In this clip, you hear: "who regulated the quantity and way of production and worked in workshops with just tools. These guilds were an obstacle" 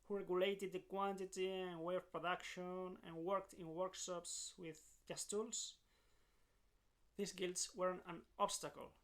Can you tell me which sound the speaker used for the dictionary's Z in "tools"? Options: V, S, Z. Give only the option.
S